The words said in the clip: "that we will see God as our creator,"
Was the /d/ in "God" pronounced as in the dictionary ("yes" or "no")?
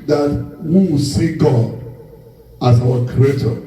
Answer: yes